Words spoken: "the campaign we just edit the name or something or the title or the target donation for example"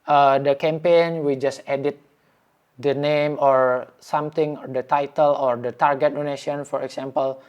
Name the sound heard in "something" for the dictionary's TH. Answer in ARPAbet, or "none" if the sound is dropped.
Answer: T